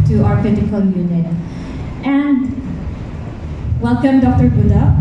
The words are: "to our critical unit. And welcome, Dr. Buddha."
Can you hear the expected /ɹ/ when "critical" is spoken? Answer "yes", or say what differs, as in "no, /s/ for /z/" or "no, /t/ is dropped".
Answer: no, /ɹ/ is dropped